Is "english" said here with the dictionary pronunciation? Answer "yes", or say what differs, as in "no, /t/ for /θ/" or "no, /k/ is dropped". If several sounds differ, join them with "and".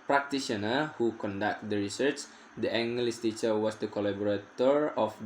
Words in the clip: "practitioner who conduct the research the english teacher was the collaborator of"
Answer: no, /s/ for /ʃ/